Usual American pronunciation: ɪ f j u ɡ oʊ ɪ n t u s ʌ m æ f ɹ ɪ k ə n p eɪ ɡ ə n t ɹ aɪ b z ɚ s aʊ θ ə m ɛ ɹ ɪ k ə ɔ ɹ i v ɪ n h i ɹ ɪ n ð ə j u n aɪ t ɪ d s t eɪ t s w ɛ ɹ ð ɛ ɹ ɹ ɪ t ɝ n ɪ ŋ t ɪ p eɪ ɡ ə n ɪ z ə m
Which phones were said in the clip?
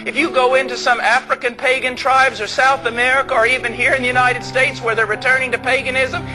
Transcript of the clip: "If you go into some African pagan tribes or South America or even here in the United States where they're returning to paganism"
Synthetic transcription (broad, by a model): ɪ f j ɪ ɡ oʊ ɪ n t u s ʌ m æ f ɹ ɪ k ə n p eɪ ɡ ə n t ɹ aɪ b z ɚ s aʊ θ ə m ɛ ɹ ɪ k ə ɹ i v ɪ n h i ɹ ɪ n ð ə j u n aɪ t ɪ d s t eɪ t s w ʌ ɹ ð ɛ ɹ ɹ ɪ t ɝ n ɪ ŋ t ɪ p eɪ ɡ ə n ɪ z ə m